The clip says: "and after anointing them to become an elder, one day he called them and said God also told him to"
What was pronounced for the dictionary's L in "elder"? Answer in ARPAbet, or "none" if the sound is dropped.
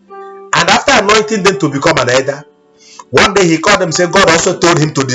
none